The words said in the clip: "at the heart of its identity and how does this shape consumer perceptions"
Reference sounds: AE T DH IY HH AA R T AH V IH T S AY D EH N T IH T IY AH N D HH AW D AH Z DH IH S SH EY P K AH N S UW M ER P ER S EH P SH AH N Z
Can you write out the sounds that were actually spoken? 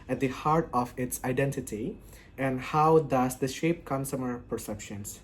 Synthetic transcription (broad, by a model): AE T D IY HH AA R T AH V IH T S AY D EH N T IH T IY AH N D HH AW D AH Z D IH SH EY P K AH N S UW M ER P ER S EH P SH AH N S